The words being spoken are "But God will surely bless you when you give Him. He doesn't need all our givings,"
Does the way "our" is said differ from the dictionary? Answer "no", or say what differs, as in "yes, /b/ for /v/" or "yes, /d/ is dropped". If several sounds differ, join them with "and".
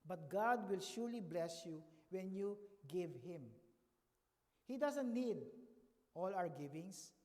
yes, /w/ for /ɹ/